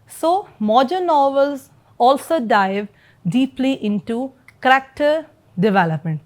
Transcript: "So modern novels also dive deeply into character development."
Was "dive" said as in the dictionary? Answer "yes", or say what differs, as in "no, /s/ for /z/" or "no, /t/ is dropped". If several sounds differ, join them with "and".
yes